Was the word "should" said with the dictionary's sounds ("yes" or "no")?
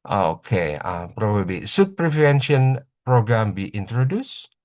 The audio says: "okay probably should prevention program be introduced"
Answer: no